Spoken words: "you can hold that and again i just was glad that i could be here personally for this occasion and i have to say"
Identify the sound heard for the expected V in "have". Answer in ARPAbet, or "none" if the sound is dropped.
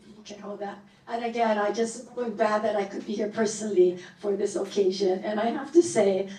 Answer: F